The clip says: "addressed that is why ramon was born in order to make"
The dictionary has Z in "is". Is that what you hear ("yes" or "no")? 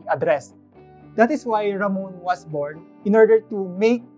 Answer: no